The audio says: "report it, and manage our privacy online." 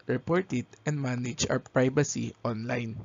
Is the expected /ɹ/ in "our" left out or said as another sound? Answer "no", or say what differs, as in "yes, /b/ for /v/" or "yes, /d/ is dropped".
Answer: yes, /w/ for /ɹ/